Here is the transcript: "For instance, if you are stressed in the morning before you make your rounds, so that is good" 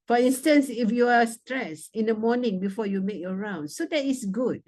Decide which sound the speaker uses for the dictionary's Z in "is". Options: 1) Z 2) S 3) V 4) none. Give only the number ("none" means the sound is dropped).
2